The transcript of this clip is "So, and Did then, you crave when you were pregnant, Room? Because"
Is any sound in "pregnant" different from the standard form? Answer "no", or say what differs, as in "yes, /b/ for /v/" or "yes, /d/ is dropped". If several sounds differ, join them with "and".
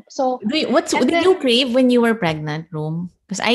no